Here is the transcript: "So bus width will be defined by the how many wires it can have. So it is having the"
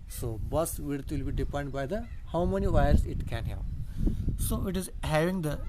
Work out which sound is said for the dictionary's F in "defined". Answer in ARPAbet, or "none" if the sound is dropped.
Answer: P